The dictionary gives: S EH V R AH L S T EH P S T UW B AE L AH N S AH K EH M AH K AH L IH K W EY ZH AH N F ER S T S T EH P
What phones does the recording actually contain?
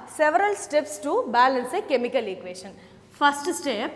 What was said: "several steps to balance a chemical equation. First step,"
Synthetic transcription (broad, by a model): S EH V R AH L S T EH P S T UW B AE L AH N S AH K EH M AH K AH L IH K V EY SH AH N P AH S T S T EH P